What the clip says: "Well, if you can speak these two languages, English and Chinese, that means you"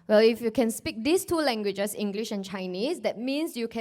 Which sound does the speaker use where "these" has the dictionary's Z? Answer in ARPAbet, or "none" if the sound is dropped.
S